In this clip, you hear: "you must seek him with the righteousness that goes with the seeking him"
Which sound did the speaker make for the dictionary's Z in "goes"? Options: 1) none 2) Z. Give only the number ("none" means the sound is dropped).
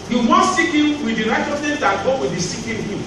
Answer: 1